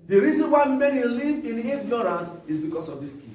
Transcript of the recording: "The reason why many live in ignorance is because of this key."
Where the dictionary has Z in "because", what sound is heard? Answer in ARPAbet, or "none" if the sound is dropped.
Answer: S